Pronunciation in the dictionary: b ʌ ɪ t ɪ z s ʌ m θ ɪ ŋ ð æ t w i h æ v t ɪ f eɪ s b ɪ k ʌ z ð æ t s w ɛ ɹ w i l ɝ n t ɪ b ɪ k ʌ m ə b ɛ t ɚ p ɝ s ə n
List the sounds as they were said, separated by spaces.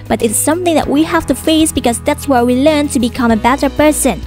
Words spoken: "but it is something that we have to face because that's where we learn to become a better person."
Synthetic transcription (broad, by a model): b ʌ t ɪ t s ʌ m θ ɪ ŋ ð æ t w i h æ f t ɪ f eɪ s b ɪ k ʌ z ð æ t s w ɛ ɹ w i l ɝ n t ɪ b ɪ k ʌ m ə b ɛ t ɚ p ɝ s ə n